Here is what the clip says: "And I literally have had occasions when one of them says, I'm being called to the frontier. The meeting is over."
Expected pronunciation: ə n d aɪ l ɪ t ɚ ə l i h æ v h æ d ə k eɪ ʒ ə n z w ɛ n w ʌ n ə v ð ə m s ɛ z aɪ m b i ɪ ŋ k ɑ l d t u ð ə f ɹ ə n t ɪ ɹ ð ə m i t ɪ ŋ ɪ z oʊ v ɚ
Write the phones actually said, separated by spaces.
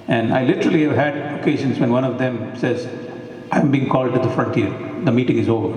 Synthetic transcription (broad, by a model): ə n d aɪ l ɪ t ɚ ə l i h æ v h æ d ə k eɪ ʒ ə n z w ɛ n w ʌ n ə v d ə m s ɛ z aɪ m b i ɪ ŋ k ɑ l d t u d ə f ɹ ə n t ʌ ɹ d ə m i t ɪ ŋ ɪ z oʊ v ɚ